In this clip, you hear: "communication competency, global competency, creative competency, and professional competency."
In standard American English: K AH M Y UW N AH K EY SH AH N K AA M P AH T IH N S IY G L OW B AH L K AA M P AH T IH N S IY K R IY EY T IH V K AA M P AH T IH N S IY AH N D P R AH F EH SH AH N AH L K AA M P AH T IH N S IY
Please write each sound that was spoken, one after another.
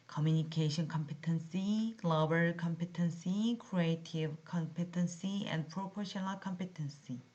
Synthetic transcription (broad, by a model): K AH M Y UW N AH K EY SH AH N K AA M P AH T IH N S IY L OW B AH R K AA M P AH T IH N S IY K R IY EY T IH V K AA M P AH T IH N S IY AH N D P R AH P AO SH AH N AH L K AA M P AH T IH N S IY